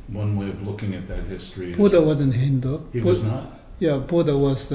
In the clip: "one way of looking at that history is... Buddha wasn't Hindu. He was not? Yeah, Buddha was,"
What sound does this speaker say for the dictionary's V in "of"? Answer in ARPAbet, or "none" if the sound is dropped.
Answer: V